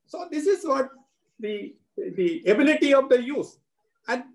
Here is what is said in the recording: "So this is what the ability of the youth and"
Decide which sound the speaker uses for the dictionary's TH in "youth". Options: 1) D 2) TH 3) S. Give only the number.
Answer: 3